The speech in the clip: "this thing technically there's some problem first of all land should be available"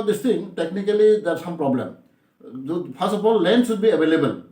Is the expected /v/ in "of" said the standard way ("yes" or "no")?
no